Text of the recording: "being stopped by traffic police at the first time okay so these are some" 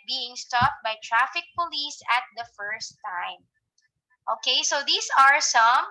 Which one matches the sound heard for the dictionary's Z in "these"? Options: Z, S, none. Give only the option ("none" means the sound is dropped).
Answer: S